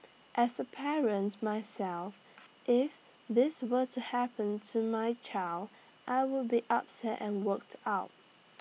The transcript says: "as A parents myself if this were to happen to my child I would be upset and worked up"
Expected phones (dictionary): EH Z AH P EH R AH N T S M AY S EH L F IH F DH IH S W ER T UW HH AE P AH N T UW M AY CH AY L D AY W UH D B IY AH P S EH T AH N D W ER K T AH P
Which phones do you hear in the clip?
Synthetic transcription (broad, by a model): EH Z AH P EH R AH N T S M AY S EH L F IH F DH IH S W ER T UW HH AE P AH N T UW M AY CH AY L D AY W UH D B IY AH P S EH T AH N W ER K T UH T